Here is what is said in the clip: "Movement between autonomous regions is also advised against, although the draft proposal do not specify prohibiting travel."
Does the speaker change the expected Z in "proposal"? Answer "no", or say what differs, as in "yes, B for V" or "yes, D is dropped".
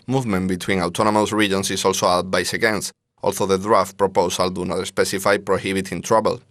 yes, S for Z